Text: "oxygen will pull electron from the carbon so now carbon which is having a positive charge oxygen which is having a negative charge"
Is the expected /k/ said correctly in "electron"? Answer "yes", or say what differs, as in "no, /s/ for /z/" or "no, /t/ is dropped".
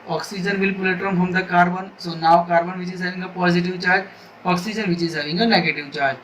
no, /k/ is dropped